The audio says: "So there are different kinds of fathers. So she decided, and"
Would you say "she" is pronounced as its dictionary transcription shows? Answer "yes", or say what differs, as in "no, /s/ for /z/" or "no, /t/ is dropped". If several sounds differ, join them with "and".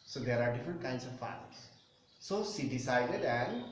no, /s/ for /ʃ/